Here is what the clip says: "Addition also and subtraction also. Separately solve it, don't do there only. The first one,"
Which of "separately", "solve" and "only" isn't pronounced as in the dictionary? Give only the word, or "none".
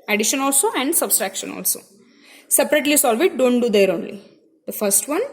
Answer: none